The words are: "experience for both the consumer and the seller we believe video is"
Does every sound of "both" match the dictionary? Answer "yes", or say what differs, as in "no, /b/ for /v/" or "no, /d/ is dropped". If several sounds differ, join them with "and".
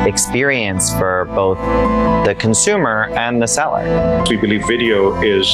yes